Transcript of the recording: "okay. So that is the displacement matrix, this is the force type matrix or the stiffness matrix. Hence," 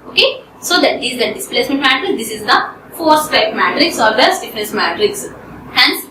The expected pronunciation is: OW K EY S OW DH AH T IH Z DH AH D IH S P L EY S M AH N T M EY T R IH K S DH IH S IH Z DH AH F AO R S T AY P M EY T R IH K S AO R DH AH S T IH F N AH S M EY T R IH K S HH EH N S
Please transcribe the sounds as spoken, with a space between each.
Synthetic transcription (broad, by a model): OW K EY S OW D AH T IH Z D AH D IH S P L EY S M AH N T M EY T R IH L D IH S IH Z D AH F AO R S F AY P M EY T R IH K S AO R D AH S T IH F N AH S M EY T R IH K S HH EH N S